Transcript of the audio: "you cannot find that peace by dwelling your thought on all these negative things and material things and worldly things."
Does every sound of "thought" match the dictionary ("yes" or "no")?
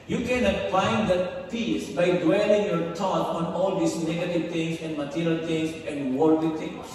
no